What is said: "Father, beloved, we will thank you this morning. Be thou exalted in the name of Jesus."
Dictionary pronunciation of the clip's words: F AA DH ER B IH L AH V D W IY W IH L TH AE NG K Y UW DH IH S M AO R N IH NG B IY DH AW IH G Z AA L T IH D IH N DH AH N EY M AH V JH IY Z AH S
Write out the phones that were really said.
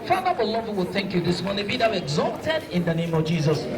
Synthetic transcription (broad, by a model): F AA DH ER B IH L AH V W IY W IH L TH AE NG K Y UW DH IH S M AO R N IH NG B IY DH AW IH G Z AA T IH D IH N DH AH N EY M AH V JH IY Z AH S